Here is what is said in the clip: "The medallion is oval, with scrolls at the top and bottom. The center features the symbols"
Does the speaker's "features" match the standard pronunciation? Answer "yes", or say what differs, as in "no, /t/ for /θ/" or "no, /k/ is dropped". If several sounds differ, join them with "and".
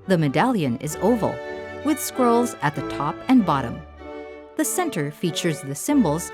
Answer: yes